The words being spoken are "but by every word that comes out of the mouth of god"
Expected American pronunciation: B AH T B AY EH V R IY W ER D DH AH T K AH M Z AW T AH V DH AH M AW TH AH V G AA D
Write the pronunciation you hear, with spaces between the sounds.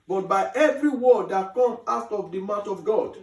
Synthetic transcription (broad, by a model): B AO T B AY EH V R IY W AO D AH T K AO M AW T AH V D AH M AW T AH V G AA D